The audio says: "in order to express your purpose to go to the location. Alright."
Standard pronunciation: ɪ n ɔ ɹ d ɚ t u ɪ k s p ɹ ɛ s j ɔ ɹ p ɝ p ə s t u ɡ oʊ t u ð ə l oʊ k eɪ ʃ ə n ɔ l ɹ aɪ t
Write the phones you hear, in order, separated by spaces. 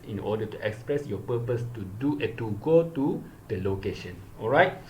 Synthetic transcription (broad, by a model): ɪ n ɔ d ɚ t u ɪ k s p ɹ ɛ s j ɔ p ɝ p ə s t u ɡ oʊ t u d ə l oʊ k eɪ ʃ ə n ɔ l ɹ aɪ t